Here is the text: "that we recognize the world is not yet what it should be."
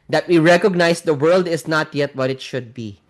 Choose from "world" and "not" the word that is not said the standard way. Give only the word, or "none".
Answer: none